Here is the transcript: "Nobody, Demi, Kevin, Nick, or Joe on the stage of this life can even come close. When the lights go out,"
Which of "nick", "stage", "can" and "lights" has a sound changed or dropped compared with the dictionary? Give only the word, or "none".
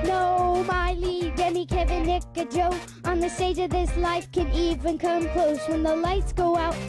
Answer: none